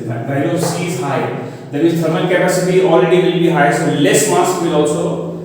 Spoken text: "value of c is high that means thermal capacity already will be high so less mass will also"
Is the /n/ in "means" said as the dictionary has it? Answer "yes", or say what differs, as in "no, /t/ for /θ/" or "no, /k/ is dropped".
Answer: no, /n/ is dropped